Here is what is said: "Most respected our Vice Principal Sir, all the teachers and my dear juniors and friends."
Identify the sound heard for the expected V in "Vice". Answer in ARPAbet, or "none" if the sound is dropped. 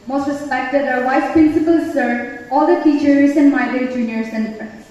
W